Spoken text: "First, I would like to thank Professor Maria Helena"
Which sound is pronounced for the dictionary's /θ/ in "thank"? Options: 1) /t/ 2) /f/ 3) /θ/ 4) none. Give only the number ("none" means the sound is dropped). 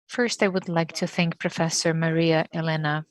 3